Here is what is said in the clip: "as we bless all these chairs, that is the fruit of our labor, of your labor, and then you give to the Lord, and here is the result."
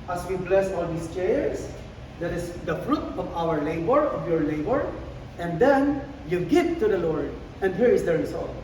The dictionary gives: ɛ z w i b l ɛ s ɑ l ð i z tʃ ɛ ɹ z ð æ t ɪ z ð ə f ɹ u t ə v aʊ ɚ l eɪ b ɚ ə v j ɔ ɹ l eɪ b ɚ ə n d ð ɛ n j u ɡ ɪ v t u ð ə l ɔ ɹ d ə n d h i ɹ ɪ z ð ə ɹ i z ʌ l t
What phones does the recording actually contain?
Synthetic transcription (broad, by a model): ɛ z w i b l ɛ s ɑ l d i s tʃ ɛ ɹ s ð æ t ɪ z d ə f ɹ u t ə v aʊ ɚ l eɪ b ɚ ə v j ɔ ɹ l eɪ b ɚ ə n d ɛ n j u ɡ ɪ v t u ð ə l ɔ ɹ d ə n d h i ɹ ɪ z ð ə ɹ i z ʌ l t